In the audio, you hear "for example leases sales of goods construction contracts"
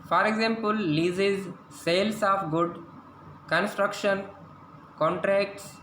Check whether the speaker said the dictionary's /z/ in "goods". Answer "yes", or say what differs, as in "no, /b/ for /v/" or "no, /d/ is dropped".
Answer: no, /z/ is dropped